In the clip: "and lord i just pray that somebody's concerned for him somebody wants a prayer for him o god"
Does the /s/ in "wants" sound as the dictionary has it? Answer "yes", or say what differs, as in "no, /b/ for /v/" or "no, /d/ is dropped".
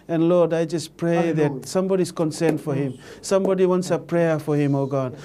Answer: yes